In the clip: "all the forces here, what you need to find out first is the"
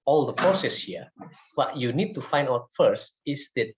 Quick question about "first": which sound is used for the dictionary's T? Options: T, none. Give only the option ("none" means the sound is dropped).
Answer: T